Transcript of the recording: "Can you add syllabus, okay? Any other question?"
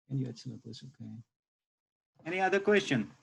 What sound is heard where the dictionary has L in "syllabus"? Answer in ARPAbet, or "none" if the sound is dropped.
N